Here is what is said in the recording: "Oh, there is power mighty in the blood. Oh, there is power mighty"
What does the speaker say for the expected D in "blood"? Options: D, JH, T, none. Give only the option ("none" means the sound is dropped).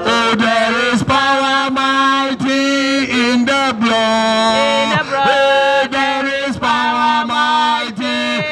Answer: none